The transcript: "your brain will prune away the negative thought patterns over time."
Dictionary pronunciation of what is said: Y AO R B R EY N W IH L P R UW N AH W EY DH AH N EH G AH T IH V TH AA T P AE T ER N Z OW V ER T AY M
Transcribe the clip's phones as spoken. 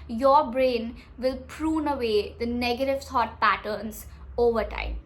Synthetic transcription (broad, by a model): Y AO R B R EY N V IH L P R UW N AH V EY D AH N EH G AH T IH V S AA T P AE T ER N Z OW V ER T AY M